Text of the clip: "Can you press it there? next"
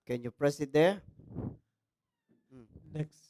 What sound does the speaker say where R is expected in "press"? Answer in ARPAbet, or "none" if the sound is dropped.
R